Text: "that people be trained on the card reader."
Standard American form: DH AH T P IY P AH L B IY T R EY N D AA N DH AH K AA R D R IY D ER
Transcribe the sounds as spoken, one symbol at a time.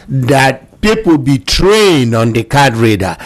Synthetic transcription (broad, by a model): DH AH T P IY P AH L B IY T R EY N D AA N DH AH K AA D R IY D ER